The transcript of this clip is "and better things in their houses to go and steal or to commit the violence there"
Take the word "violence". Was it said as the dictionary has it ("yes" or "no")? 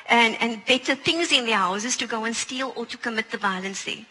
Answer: no